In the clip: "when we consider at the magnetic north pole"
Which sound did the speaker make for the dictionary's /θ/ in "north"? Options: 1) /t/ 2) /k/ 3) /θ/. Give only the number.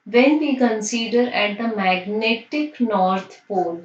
1